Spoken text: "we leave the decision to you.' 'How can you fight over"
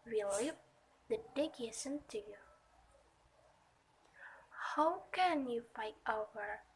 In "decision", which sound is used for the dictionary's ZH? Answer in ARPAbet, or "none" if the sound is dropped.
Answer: S